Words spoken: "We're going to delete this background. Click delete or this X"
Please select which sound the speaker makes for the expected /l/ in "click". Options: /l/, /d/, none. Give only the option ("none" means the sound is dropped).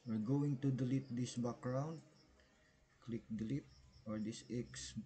/l/